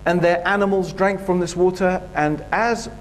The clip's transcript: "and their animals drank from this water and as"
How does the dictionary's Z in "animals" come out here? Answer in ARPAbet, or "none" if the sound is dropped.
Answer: Z